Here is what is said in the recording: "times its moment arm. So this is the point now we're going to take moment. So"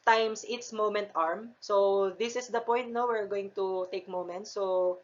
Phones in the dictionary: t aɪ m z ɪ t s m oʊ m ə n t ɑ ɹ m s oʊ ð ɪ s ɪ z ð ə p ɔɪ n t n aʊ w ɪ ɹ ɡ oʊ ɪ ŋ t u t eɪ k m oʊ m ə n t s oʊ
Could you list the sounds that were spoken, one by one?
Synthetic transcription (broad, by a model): t aɪ m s ɪ t s m oʊ m ə n t ɑ ɹ m s oʊ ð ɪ s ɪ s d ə p ɔɪ n t n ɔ w ɪ ɹ ɡ oʊ ɪ ŋ t u t eɪ k m oʊ m ə n t s oʊ